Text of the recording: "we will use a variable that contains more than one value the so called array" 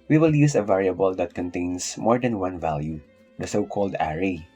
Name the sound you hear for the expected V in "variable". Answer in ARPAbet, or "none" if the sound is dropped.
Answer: V